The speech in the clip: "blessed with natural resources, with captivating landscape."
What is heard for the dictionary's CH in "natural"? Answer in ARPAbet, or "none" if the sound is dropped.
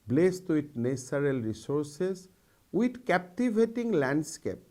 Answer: S